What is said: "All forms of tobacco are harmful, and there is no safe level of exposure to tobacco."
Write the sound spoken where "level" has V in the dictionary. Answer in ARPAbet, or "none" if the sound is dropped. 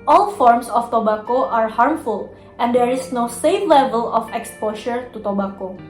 V